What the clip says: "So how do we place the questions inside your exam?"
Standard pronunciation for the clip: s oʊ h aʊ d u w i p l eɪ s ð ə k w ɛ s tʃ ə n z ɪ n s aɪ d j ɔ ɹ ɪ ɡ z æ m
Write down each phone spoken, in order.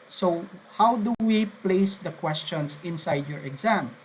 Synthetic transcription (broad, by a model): s oʊ h aʊ d u w i p l eɪ s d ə k w ɛ s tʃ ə n s ɪ n s aɪ d j ɔ ɹ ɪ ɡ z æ m